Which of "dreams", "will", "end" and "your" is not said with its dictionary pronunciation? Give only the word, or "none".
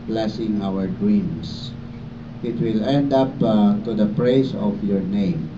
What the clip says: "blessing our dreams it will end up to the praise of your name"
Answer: dreams